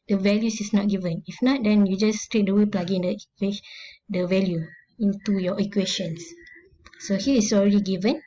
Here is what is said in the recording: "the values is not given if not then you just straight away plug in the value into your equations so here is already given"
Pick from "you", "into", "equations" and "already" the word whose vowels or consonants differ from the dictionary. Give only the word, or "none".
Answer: equations